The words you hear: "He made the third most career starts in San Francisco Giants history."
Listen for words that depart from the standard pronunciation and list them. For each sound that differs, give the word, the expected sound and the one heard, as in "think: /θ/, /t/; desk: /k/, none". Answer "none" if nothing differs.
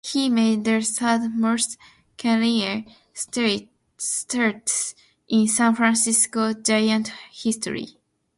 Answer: third: /θ/, /s/; giants: /s/, none